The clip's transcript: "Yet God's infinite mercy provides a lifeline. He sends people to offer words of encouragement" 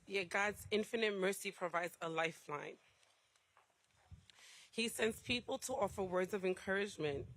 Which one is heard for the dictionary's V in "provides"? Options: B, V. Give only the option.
V